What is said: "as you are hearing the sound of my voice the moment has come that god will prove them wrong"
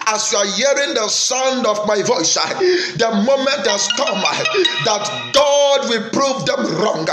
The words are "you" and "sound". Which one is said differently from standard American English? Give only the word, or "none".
none